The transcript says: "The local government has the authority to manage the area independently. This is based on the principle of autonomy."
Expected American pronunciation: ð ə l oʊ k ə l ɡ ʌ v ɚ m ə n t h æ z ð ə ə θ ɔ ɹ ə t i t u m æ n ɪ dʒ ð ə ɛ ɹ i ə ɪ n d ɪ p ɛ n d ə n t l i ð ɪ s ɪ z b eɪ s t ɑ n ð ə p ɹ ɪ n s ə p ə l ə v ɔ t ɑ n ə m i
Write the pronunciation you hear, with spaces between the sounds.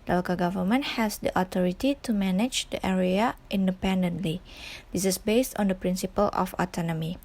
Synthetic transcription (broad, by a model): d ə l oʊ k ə ɡ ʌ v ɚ m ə n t h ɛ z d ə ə t ɔ ɹ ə t i t u m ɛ n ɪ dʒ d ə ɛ ɹ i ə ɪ n d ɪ p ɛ n d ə n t l i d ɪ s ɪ s b eɪ s t ɑ n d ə p ɹ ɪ n s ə p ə l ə f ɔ t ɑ n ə m i